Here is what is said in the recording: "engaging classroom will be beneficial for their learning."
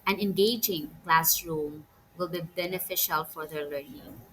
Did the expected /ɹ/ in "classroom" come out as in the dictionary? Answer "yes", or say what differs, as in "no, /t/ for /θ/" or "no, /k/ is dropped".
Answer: yes